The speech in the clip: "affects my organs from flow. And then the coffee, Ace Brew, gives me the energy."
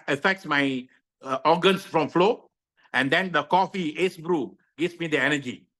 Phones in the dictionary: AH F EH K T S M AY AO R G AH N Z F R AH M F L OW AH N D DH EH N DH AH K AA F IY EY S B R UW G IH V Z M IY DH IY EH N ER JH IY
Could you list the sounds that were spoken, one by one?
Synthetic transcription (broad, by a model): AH F EH K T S M AY AO G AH N S F R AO M F L OW AH N D EH N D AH K AA F IY EY S B R UW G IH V S M IY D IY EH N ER JH IY